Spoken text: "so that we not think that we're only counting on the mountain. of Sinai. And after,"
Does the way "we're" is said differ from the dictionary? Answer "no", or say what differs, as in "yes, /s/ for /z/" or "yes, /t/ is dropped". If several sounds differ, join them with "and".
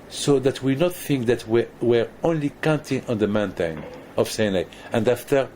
no